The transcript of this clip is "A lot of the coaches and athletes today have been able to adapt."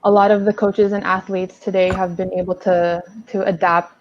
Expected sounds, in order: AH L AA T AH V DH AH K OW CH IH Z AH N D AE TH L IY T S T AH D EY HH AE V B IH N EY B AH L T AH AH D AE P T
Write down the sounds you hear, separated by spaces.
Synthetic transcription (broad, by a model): AH L AA T AH V DH AH K OW CH IH Z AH N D AE TH L IY T S T AH D EY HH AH V B IH N EY B L T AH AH D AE P T